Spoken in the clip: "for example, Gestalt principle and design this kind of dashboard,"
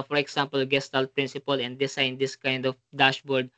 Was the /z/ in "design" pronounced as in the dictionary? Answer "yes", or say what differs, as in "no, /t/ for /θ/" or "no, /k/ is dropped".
no, /s/ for /z/